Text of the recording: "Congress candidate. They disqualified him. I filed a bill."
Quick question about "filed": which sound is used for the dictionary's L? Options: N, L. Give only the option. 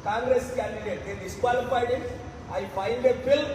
N